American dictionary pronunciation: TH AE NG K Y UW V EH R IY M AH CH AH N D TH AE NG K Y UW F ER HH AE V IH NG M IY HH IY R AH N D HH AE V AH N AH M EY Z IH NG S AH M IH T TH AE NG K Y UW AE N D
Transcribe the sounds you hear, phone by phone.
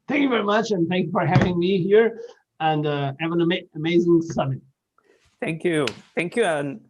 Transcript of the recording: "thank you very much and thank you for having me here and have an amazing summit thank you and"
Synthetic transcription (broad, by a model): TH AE NG K Y UW V EH R IY M AH CH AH N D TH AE NG K Y UW F ER HH AE V IH NG M IY HH IY R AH N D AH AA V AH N AH M EY Z IH NG S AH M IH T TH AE NG K Y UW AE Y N